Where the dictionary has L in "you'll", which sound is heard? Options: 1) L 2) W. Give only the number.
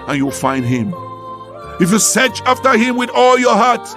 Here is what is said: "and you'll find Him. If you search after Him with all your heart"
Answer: 1